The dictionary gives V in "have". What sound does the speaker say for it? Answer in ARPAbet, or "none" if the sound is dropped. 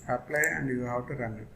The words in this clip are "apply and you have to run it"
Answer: W